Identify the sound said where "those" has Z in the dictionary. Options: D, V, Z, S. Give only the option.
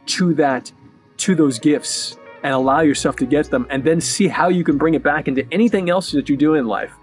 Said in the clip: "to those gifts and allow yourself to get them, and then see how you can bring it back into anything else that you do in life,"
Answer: Z